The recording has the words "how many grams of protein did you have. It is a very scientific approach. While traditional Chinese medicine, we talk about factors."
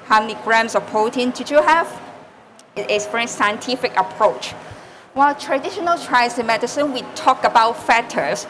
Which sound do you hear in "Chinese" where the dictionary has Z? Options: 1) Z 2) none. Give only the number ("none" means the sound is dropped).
2